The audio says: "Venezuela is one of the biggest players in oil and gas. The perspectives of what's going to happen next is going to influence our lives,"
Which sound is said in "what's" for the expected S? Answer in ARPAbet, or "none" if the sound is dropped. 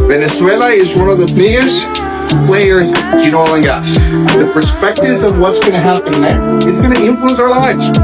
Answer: S